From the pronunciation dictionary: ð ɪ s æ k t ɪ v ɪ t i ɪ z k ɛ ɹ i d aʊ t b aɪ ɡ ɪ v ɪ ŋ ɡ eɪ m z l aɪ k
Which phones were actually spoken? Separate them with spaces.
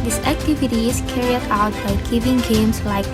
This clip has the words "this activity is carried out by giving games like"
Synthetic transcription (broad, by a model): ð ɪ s æ k t ɪ v ɪ t i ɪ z k ɛ ɹ i d aʊ t b aɪ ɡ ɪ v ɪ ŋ ɡ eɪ m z l aɪ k